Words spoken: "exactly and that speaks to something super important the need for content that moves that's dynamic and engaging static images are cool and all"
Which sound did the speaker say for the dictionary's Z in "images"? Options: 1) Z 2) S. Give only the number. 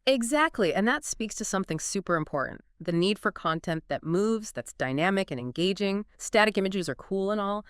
1